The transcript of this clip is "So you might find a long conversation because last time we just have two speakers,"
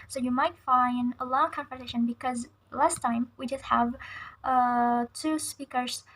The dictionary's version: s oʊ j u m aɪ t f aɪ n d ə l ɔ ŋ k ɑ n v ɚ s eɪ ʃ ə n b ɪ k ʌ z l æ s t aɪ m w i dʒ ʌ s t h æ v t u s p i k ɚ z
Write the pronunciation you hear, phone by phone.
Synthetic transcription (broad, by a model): s oʊ j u m aɪ t f aɪ n d ə l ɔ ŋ k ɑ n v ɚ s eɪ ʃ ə n b ɪ k ʌ z l æ s t aɪ m w i dʒ ʌ s t h æ v t u s p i k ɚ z